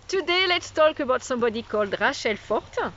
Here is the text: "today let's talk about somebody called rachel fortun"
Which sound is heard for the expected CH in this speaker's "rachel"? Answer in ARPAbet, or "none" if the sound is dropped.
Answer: SH